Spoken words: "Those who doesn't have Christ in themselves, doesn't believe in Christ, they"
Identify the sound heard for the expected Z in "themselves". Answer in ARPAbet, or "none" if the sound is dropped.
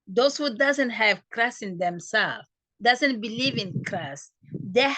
none